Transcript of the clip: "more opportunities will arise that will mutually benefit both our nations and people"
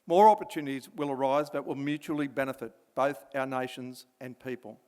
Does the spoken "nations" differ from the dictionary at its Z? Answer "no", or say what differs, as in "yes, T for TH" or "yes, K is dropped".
no